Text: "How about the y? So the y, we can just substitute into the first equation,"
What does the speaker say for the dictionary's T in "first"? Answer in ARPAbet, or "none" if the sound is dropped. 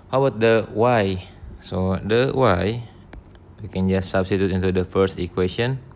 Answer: T